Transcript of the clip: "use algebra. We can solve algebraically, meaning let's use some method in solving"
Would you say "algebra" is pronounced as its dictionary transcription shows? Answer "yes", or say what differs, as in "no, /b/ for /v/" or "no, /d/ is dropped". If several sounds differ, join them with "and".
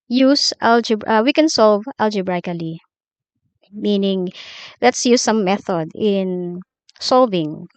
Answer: no, /ɹ/ is dropped